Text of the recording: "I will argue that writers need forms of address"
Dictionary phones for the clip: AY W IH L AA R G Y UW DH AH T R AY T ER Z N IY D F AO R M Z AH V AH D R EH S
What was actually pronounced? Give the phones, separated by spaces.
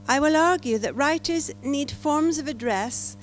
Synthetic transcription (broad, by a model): AY W IH L AA R G Y UW DH AH T R AY T ER Z N IY D F AO R M Z AH V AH D R EH S